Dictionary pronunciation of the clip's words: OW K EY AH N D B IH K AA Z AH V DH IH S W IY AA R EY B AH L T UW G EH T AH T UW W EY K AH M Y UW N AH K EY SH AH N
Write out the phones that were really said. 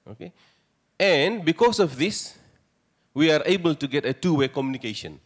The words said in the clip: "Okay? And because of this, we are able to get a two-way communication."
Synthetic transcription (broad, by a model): OW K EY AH N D B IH K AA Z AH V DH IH S W IY AA R EY B AH L T UW G EH T AH T UW W EY K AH M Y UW N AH K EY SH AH N